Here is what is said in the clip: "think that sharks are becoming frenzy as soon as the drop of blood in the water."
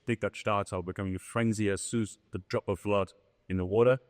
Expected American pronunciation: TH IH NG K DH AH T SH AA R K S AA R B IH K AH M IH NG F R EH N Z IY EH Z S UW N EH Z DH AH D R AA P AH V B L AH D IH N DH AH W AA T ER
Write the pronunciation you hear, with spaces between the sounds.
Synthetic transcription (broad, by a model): TH IH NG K DH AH T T AA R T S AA L B IH K AH M IH NG F R EH N Z IY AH S UW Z DH AH D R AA P AH V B L AH D IH N DH AH W AA T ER